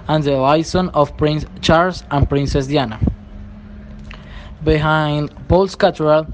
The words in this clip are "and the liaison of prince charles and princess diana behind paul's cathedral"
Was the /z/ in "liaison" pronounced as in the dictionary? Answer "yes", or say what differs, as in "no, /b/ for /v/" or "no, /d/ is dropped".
no, /s/ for /z/